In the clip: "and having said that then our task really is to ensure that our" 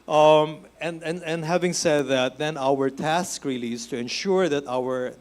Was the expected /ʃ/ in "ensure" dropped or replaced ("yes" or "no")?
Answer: no